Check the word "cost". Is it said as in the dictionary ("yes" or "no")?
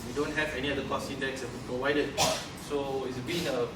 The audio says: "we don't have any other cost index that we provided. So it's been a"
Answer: no